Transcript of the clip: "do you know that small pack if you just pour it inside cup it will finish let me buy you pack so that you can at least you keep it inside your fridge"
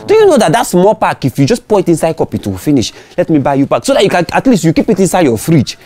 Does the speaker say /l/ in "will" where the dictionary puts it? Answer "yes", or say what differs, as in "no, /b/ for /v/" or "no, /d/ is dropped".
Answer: no, /w/ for /l/